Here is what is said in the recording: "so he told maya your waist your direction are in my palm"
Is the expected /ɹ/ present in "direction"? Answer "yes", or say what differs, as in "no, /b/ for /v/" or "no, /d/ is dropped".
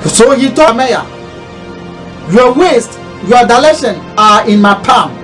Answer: no, /l/ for /ɹ/